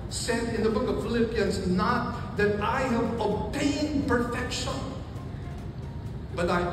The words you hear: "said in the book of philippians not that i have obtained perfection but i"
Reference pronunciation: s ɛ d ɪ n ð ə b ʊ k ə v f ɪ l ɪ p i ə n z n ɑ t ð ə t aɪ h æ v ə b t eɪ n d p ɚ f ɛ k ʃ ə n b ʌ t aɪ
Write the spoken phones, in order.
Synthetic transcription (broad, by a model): s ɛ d ɪ n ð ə b ʊ k ə v f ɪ l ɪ p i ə n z n ɑ t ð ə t aɪ h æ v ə t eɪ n p ɚ f ɛ k ʃ ə n b ʌ t aɪ